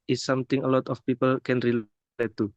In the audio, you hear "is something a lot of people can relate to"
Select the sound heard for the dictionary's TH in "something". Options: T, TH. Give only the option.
T